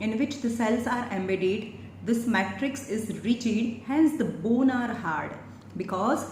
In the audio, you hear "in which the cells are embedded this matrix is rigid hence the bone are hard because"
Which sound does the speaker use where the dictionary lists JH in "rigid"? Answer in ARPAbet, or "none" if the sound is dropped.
CH